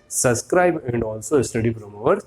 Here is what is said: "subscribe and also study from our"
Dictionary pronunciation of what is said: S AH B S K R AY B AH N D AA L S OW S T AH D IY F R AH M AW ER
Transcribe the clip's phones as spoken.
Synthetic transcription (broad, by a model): S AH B S K R AY B AH N D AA L S OW S T AH D IY P R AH M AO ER